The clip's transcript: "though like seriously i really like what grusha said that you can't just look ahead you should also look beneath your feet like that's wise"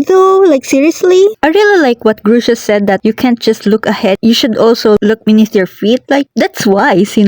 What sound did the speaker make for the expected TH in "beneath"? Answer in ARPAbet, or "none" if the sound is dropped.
T